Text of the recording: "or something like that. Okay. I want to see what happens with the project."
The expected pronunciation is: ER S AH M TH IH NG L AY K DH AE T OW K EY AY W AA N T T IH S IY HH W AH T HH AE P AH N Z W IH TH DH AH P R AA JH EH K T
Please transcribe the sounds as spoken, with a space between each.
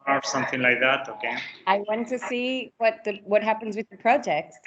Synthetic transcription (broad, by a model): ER S AH M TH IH NG L AY K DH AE T OW K EY AY W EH N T T IH S IY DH W AH T HH AE P AH N Z W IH DH AH P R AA JH EH K T